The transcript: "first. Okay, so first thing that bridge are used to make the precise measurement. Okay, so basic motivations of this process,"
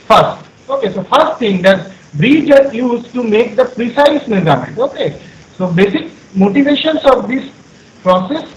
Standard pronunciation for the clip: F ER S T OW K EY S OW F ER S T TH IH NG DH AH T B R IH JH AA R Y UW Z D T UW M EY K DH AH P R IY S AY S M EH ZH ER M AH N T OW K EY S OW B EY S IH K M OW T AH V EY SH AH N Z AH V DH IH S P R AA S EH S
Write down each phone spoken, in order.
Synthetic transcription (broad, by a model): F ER S T OW K EY S OW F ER S T T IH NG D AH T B R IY JH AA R Y UW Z T UW M EY K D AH P R IY S AY S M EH Z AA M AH T OW K EY S OW B EY S IH K M OW T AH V EY SH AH N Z AH V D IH S P R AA S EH S